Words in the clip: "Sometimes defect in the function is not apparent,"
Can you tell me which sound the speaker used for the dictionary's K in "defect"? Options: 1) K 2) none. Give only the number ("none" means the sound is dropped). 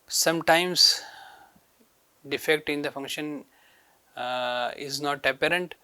1